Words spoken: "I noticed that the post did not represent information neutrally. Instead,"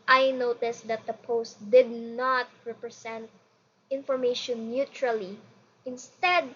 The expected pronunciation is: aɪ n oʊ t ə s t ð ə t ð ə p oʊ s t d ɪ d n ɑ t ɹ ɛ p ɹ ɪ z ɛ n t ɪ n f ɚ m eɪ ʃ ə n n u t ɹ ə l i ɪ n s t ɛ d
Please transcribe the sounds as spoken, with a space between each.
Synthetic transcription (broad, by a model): aɪ n oʊ t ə s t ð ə t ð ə p oʊ s t d ɪ d n ɑ t ɹ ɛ p ɹ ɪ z ɛ n t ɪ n f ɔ m eɪ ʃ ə n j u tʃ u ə l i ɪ n s t ɛ d